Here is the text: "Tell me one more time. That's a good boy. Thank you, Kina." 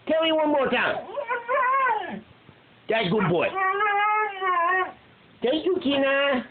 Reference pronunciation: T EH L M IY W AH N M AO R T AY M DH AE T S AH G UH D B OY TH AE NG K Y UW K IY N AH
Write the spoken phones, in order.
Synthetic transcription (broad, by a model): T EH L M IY W AH N M AO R T AY M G AH G UH D B OY T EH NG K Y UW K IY N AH